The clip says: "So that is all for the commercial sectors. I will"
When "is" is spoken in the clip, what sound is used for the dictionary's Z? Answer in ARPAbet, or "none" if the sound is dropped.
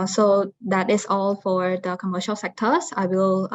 S